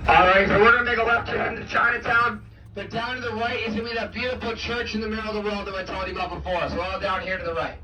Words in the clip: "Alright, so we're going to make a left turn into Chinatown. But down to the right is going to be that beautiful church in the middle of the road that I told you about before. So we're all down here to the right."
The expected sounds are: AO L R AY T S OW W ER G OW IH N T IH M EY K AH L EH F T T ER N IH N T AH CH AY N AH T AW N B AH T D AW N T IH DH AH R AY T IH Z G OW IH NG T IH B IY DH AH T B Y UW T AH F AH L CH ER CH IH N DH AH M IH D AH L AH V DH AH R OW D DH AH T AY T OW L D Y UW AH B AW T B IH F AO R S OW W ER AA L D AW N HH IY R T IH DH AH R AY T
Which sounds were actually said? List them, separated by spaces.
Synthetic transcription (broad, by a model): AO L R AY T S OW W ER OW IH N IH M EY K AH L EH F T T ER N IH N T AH CH AY N AH T AW N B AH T D AW N T IH DH AH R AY IH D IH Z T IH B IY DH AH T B Y UW T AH F L CH ER CH IH N DH AH M IH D L AH V DH AH W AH D DH AH T AY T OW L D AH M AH B IH F AO R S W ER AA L D AW N HH IY R T IH DH AH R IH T